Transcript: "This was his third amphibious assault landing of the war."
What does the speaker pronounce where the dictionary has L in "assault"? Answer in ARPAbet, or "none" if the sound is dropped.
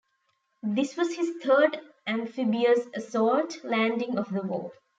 none